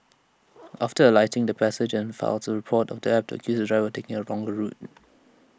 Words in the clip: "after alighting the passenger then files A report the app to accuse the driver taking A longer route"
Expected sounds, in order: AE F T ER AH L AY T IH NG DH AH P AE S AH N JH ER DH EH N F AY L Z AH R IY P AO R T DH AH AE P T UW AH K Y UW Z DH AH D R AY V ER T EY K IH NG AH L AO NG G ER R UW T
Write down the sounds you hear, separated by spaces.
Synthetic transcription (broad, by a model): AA F T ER AH L AY T IH NG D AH P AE S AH JH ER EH N F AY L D AH R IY P AO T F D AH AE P T UW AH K Y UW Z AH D R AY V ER T EY K IH NG AH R AO NG G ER R UW T